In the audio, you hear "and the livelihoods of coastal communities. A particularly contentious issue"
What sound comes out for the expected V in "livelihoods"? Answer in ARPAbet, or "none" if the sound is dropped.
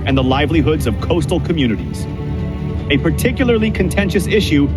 V